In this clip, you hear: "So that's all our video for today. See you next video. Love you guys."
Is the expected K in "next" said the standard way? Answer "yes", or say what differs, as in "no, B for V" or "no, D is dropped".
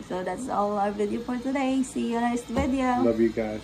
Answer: no, K is dropped